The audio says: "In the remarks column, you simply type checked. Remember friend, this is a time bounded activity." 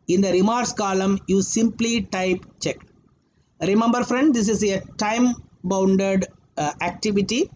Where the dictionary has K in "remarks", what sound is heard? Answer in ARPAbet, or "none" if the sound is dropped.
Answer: none